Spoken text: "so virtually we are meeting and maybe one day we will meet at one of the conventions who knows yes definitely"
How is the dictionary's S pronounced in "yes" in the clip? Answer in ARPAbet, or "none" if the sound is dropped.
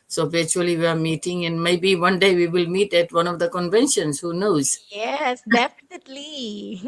S